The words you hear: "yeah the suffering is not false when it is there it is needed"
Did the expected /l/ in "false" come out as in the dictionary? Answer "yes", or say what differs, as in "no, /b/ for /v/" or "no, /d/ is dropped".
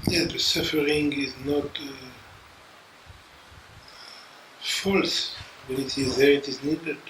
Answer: yes